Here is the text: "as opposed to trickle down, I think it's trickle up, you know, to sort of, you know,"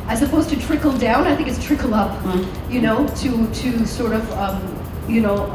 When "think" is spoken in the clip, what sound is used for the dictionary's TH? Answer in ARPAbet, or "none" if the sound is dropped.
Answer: TH